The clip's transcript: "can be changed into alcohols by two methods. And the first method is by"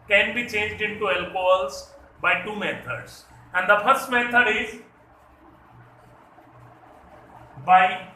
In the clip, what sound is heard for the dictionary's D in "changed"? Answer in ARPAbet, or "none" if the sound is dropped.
D